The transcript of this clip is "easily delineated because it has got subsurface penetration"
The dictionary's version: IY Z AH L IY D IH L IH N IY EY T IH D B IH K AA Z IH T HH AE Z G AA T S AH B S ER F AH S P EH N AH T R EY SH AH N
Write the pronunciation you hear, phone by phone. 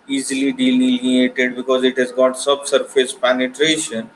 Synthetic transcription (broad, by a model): IY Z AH L IY D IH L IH L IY EY T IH D B IH K AA Z IH T HH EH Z G AA T S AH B S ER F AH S P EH N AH T R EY SH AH N